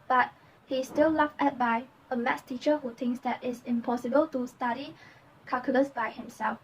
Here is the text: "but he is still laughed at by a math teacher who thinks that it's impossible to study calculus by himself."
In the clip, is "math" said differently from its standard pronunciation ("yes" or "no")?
yes